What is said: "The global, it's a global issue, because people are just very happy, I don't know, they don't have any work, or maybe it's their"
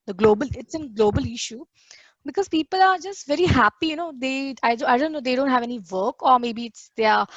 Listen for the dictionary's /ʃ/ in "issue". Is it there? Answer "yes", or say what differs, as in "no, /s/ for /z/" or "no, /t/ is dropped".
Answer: yes